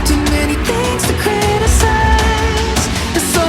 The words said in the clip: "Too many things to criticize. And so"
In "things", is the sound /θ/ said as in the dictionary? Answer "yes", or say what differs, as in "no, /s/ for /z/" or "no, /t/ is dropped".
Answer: yes